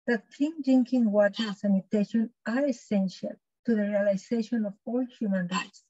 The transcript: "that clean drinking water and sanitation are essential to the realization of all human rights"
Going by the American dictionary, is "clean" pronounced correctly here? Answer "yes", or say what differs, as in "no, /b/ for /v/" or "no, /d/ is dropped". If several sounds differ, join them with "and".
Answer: no, /l/ is dropped